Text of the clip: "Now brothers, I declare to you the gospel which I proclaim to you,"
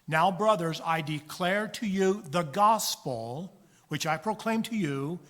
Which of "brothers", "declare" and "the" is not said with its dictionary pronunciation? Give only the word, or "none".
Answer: none